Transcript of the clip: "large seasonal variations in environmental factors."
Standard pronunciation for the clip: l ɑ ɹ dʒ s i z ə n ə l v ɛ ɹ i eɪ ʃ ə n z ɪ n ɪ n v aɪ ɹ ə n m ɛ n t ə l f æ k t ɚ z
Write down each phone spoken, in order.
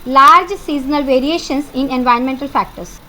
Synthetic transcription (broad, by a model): l ɑ ɹ dʒ s i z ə n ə l v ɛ ɹ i eɪ ʃ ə n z ɪ n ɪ n v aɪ ə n m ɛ n t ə l f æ k t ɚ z